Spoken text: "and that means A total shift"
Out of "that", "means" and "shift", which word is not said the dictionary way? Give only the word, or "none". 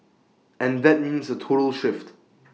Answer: none